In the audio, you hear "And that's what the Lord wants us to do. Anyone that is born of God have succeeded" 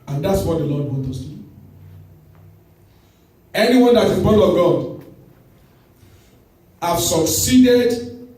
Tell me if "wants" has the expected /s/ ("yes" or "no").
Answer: no